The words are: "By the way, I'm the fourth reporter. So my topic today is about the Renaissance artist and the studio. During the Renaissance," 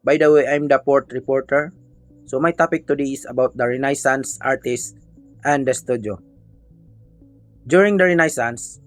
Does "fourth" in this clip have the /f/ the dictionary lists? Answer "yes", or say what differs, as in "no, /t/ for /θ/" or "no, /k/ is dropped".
no, /p/ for /f/